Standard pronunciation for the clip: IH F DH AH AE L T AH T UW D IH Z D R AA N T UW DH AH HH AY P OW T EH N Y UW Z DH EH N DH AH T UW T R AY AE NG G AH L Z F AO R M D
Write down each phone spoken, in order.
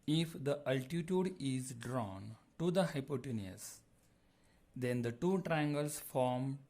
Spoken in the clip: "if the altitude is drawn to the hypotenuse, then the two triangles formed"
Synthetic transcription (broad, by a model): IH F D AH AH L T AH T UW D IH Z D R AA N T UW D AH HH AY P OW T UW N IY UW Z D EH N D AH T UW T R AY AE NG G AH L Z F AO R M